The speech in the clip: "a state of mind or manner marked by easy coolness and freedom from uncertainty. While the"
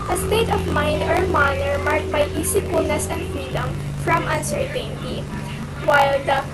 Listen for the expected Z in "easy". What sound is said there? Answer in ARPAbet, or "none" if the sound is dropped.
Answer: S